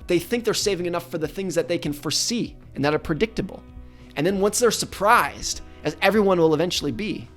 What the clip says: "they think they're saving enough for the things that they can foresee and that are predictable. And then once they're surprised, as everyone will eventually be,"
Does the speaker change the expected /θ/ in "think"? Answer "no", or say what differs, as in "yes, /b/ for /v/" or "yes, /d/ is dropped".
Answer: no